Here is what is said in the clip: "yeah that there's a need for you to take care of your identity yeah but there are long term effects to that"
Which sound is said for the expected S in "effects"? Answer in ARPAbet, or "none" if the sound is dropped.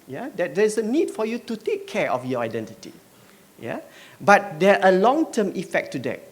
none